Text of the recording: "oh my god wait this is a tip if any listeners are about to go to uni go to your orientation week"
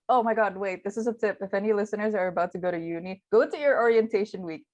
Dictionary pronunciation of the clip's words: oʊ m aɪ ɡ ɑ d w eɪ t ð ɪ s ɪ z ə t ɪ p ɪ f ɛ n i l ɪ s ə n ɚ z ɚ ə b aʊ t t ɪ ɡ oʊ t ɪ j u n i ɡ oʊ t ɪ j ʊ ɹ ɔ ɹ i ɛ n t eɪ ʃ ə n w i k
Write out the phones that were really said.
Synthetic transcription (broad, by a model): oʊ m aɪ ɡ ɑ d w eɪ t ð ɪ s ɪ z ə t ɪ p ɪ f ɛ n i l ɪ s ə n ɚ z ɚ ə b aʊ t t ɪ ɡ oʊ t ɪ j u n i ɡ oʊ t ɪ j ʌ ɹ ɔ ɹ i ɛ n t eɪ ʃ ə n w i k